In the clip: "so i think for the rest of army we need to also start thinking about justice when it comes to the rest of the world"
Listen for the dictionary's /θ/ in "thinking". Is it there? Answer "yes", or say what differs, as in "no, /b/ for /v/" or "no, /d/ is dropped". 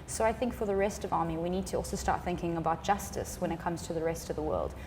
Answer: yes